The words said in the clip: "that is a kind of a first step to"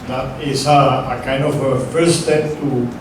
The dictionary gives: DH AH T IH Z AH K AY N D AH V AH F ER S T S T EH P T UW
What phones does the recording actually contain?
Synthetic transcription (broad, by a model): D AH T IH S AH K AY N D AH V AH F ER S S T EH P T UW